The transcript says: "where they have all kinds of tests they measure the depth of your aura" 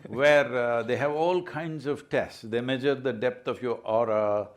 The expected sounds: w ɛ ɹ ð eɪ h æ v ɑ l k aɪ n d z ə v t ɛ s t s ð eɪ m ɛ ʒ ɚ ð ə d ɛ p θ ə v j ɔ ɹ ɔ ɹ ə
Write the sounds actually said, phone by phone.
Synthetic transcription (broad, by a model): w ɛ ɹ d eɪ h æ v ɑ l k aɪ n d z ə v t ɛ s t s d eɪ m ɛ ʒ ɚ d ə d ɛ p t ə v j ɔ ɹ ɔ ɹ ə